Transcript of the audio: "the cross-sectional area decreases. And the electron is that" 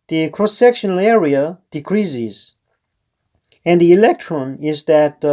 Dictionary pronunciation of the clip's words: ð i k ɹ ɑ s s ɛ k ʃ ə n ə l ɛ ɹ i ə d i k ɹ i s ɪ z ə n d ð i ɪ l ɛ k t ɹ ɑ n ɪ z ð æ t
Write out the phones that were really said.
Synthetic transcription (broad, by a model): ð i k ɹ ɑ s s ɛ k ʃ ə n ə l ɛ ɹ i ə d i k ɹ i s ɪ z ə n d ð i ɪ l ɛ k t ɹ ɑ n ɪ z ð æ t